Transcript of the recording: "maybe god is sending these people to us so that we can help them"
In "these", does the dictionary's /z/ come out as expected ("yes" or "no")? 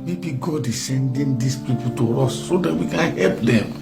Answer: no